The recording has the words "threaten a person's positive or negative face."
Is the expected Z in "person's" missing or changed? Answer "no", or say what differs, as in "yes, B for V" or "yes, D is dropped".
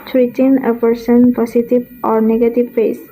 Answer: yes, Z is dropped